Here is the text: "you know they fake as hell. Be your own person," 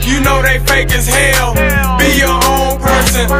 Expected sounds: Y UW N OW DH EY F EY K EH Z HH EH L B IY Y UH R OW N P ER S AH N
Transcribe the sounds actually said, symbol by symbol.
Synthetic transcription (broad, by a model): Y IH N OW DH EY F EY K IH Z HH EH L B IY Y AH R OW N P ER S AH N